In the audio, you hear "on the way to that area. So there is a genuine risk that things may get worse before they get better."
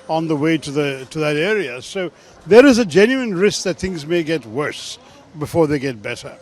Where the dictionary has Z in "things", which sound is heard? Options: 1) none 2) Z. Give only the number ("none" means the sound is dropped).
2